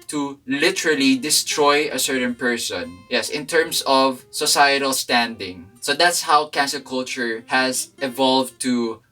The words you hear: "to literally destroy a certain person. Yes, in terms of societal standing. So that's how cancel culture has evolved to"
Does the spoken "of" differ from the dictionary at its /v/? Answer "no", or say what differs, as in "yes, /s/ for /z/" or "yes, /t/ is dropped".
no